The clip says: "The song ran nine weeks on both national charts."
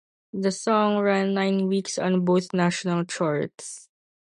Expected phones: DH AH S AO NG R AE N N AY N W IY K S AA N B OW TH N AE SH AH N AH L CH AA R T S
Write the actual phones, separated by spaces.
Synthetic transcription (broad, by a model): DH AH S AO NG R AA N N AY N W IY K S AA N B OW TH N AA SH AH N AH L CH AA R T S